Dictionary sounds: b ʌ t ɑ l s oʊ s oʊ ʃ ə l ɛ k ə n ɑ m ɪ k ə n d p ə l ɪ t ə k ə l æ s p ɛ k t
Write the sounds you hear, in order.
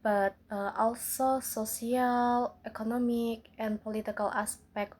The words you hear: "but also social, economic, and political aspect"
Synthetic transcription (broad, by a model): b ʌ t ɑ l s oʊ s oʊ s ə l ɛ k ə n ɑ m ɪ k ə n p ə l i t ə k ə l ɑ s p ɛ k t